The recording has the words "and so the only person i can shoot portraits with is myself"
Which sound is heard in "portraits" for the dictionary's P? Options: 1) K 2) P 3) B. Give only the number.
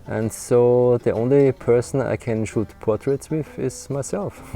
2